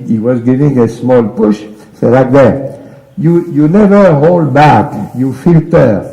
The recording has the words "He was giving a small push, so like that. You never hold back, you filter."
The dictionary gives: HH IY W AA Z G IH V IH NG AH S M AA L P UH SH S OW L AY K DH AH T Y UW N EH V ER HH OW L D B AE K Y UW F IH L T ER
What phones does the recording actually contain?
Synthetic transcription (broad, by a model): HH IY W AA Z G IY V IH NG AH S M AA L P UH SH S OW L AY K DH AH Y Y UW N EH V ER HH OW L D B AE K Y UW F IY L T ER